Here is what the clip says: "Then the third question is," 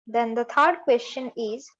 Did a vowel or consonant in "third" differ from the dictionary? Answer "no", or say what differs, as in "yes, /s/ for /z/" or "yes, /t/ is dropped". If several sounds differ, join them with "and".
yes, /t/ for /θ/